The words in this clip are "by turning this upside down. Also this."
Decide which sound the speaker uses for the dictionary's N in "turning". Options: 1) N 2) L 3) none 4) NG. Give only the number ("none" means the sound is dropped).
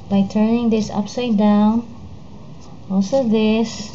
1